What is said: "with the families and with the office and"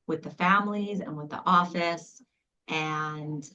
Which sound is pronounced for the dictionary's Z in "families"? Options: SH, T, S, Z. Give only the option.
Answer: Z